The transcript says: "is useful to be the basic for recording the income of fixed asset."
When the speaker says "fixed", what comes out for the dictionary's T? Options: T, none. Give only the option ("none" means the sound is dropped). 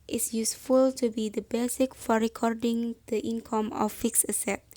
none